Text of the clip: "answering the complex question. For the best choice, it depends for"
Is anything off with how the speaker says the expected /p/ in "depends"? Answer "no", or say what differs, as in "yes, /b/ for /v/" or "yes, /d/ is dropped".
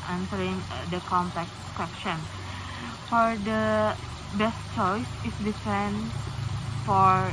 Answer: yes, /f/ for /p/